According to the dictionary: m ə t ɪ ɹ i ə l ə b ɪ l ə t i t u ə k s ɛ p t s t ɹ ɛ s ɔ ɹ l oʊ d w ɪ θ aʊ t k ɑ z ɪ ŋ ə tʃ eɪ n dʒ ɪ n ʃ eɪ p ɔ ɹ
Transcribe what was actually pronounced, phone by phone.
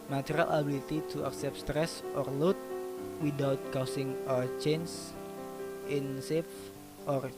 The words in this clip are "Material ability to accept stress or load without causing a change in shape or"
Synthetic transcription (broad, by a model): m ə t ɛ ɹ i l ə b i l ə t i t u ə k s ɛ p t s t ɹ ɛ s ɔ ɹ l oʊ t w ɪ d aʊ t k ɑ s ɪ ŋ ə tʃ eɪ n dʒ ɪ n s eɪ f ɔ ɹ